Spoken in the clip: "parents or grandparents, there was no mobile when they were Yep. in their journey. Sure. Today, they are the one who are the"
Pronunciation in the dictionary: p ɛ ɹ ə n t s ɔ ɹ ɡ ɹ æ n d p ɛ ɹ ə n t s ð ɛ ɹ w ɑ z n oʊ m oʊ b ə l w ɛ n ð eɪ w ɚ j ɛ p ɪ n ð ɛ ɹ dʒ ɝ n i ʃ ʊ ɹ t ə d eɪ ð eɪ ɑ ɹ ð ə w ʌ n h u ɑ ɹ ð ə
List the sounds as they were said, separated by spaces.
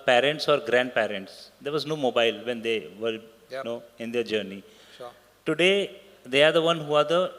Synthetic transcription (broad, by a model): p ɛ ɹ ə n t s ɔ ɹ ɡ ɹ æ n d p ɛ ɹ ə n t s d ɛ ɹ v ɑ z n oʊ m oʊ b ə l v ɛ n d eɪ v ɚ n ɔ ɪ n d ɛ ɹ dʒ ɝ n i t ə d eɪ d eɪ ɑ ɹ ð ə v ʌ n h u ɑ ɹ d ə